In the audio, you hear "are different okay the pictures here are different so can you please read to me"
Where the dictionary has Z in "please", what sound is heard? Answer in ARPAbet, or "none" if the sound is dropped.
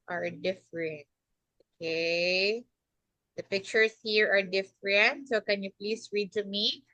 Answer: S